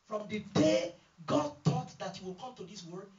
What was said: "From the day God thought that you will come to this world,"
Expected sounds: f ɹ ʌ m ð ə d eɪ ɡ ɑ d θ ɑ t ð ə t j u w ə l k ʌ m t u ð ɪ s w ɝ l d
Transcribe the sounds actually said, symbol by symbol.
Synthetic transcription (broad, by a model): f ɹ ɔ m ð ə d eɪ ɡ ɑ d t ɑ t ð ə t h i w ə l k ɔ m t u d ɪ s w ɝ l